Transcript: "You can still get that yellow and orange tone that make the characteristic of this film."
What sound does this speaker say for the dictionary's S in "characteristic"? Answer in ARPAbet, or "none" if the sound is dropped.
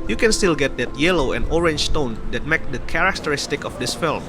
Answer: S